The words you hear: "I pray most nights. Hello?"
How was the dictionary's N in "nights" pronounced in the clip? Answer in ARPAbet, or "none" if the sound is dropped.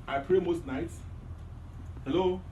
N